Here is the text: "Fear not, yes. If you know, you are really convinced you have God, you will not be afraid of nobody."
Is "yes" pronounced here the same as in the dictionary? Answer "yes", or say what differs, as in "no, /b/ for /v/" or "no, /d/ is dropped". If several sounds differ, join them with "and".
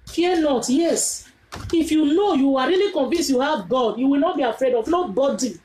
yes